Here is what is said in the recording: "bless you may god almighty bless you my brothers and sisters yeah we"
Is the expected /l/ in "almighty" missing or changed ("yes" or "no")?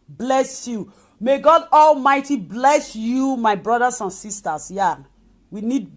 no